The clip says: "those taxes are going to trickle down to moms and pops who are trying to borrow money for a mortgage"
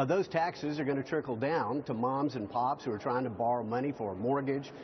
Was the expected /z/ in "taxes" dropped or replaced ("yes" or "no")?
no